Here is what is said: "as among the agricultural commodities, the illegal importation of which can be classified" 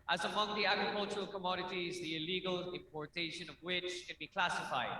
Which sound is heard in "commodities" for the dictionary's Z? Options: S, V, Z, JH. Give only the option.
Z